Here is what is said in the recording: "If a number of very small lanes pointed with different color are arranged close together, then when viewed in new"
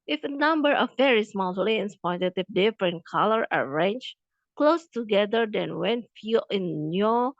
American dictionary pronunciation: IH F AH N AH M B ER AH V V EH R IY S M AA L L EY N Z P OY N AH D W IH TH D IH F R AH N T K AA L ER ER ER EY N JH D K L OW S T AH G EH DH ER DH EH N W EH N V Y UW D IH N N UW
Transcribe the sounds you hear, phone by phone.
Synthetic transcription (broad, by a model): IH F AH N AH M B ER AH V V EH R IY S M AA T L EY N S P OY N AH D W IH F D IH F R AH N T K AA L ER ER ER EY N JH K L OW S T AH G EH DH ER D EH N W EH N F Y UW IH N N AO